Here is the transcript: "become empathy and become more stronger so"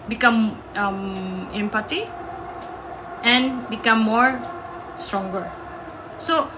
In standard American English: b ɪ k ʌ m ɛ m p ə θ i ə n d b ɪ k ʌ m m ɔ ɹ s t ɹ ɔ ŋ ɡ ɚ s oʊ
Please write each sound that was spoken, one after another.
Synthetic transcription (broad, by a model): b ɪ k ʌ m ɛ m p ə t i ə n b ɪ k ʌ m m ɔ ɹ s t ɹ ɔ ŋ ɡ ɚ s oʊ